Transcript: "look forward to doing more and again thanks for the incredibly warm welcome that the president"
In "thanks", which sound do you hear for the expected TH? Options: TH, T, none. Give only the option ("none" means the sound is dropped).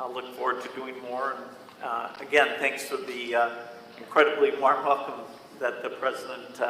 TH